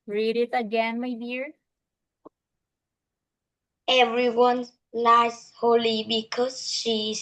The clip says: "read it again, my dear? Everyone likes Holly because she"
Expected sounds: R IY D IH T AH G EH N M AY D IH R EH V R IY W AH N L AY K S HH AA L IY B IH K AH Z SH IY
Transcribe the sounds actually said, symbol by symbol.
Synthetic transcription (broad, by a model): R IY D IH T AH G EH N M AY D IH R EH V R IY W AH N L AY S HH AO L IY B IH K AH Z SH IY